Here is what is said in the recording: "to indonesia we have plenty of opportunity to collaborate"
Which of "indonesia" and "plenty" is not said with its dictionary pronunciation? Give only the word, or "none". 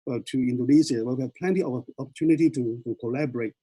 indonesia